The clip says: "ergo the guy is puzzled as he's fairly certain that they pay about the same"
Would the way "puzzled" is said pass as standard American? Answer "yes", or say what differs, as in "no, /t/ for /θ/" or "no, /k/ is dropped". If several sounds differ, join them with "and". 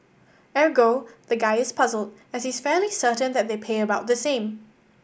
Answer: yes